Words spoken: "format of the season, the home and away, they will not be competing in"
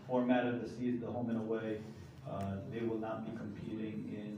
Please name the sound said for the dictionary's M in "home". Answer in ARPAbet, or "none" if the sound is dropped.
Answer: M